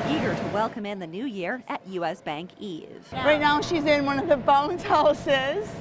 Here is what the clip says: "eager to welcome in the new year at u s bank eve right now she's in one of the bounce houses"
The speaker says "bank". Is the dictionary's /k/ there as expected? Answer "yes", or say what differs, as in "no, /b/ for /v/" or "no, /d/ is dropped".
yes